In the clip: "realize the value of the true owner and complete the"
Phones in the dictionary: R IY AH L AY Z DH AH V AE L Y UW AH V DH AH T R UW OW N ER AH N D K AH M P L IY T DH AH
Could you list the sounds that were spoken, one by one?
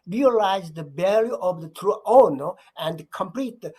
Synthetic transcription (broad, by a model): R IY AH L AY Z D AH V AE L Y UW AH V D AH T R UW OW N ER AH N D K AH M P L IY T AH